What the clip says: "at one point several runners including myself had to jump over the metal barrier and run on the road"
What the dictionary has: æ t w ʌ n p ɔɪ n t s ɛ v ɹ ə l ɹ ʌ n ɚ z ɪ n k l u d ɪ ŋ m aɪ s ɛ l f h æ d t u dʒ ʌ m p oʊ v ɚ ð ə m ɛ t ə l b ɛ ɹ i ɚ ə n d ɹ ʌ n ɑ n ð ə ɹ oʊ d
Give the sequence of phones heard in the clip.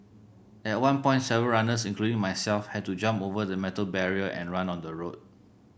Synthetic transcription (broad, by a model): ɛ t w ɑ n p ɔɪ n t s ɛ v ə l ɹ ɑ n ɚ s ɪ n k l u d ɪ ŋ m aɪ s ɛ l f h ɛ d t u dʒ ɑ m p oʊ v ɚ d ə m ɛ t ə l b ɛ ɹ i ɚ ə n ɹ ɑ n ɑ n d ə ɹ oʊ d